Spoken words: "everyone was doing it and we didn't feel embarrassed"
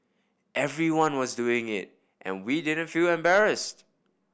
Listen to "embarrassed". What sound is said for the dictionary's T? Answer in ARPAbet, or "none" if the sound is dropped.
T